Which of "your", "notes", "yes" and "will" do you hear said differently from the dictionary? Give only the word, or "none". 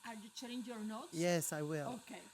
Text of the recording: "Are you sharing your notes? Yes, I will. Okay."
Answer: notes